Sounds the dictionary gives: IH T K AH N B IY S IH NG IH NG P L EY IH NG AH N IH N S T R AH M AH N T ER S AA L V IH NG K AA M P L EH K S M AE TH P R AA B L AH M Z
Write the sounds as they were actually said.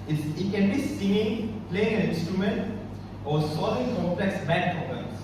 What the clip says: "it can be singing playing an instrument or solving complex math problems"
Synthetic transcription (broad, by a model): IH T K AH N B IY S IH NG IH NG P L EY IH NG AH N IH N S T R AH M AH N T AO S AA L IH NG K AA M P L EH K S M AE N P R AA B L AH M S